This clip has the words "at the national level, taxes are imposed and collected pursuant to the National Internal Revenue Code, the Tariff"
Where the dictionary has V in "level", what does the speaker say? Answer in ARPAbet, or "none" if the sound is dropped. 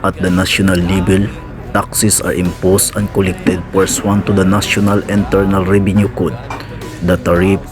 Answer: B